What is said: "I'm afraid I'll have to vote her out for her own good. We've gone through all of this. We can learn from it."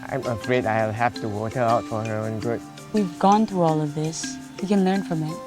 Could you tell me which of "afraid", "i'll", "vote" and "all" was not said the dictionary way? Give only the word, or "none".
vote